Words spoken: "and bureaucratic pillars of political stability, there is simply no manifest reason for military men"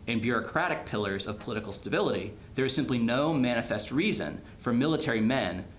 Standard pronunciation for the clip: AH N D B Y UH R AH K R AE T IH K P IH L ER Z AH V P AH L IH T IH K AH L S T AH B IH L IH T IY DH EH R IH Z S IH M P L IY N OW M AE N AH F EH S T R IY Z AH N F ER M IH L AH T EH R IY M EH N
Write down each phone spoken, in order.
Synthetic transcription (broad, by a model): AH N B Y UH R AH K R AE T IH K P IH L ER Z AH V P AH L IH T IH K L S T AH B IH L IH T IY DH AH R IH Z S IH M P L IY N OW M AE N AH F EH S T R IY Z AH N F ER M IH L AH T EH R IY M EH N